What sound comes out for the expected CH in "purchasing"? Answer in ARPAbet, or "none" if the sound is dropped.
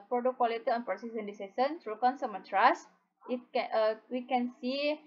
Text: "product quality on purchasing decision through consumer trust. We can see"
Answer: S